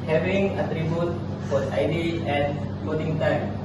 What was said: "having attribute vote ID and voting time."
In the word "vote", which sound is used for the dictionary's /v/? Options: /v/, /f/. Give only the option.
/f/